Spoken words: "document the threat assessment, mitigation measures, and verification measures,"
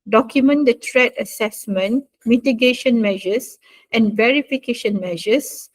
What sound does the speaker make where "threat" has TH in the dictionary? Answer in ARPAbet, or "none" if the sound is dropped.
T